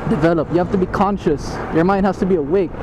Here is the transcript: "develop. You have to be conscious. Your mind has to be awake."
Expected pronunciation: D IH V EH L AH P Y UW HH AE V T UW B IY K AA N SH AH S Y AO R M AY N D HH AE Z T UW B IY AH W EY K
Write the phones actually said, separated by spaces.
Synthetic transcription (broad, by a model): D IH V EH L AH P Y UW HH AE F T UW B IY K AA N SH AH S Y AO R M AY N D HH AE S T UW B IY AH W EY K